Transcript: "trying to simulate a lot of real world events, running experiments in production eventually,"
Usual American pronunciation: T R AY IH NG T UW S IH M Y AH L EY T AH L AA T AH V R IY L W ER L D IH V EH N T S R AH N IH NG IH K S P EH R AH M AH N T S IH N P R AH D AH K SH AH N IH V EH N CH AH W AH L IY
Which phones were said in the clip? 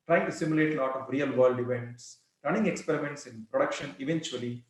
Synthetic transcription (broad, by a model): T R AY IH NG T UW S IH M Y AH L EY T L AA T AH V R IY L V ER L D IH V EH N T S R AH N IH NG IH K S P EH R AH M AH N T S IH N P R AH D AH K SH AH N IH V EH N CH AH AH L IY